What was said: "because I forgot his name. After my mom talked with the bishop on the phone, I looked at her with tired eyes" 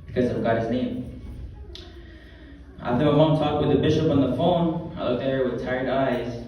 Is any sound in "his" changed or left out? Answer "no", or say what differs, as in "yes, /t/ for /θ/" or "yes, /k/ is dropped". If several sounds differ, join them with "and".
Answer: no